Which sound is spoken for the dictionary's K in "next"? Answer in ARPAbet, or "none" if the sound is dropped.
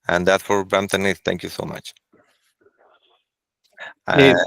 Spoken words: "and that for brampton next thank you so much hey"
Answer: none